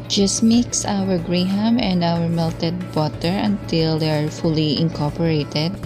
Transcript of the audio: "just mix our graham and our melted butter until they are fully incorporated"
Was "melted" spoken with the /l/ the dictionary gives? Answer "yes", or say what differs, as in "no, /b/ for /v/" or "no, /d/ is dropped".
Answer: yes